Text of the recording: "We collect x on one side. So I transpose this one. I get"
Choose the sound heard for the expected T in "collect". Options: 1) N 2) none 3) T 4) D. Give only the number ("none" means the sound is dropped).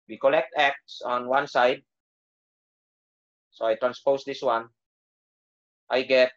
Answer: 3